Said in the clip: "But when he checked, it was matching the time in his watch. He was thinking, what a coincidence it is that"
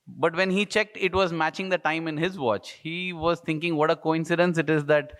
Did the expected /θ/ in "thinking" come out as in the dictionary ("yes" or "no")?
no